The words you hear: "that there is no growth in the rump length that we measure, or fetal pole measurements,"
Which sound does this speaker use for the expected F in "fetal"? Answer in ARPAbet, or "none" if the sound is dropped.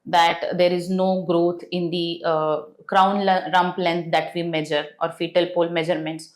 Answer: F